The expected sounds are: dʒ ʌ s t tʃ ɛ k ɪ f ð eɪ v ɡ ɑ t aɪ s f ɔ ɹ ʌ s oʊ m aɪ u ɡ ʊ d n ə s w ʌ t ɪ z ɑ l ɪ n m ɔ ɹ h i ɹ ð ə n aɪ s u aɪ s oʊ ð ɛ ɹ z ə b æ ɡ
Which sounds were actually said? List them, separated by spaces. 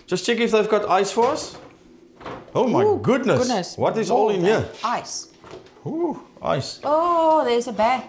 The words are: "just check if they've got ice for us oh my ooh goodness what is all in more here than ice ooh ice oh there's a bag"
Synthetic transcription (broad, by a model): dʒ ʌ s t tʃ ɛ k ɪ f ð eɪ v ɡ ɑ t aɪ s f ɔ ɹ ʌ s oʊ m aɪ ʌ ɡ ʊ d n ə s w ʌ t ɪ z ɑ l ɪ n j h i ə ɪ s u aɪ s oʊ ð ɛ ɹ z ə b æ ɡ